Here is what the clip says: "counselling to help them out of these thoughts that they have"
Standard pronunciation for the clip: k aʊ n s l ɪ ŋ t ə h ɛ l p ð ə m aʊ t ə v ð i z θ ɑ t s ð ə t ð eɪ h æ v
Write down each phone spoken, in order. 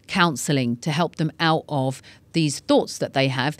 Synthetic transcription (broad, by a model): k aʊ n s l ɪ ŋ t ə h ɛ l p ð ə m aʊ t ə v ð i z θ ɑ t s ð ə t ð eɪ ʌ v